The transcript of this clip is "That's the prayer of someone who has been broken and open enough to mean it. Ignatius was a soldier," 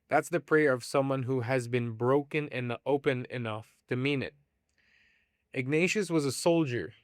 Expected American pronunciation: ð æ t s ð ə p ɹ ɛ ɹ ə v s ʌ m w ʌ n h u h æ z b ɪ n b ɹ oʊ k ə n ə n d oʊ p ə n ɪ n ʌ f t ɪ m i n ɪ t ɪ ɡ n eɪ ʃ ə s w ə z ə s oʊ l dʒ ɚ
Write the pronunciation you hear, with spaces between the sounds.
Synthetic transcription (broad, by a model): ð æ t s ð ə p ɹ ɛ ɹ ə v s ʌ m w ʌ n h u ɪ z b ɪ n b ɹ oʊ k ə n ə n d oʊ p ə n ɪ n ʌ f t ɪ m i n ɪ t ɪ ɡ n eɪ ʃ ə s w ə z ə s oʊ l dʒ ɚ